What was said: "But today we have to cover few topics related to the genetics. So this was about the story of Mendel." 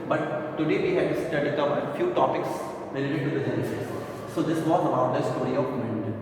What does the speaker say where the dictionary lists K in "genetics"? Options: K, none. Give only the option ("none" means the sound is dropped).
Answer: none